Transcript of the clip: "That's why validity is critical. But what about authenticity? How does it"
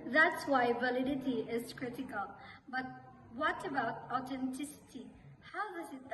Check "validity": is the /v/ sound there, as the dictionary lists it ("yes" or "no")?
yes